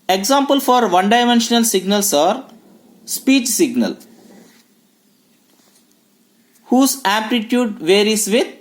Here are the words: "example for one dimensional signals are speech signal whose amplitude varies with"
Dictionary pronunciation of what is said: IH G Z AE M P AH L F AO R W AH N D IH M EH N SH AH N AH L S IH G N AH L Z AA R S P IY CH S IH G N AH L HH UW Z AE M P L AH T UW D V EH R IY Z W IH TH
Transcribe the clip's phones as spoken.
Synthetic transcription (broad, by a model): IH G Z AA M P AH L F AO R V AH N D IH M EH N SH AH N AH L S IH G N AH L S AA R S P IY CH S IH G N AH L HH UW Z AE P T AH T UW D V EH R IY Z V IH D